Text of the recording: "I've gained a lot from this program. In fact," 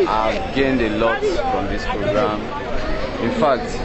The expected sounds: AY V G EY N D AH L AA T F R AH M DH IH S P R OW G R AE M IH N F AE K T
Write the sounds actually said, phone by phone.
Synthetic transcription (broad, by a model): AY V G EY N D AH L AA T F R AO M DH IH S P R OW G R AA M IH N F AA K T